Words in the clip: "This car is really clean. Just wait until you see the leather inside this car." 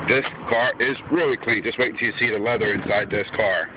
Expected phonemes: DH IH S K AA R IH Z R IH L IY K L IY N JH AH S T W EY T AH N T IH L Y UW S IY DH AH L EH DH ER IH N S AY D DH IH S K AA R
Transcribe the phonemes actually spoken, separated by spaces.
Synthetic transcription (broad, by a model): DH IH S K AA R IH Z R IH L IY K L IY N JH AH S T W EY AH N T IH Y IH S IY DH AH L EH DH ER IH N S AY D DH IH S K AA R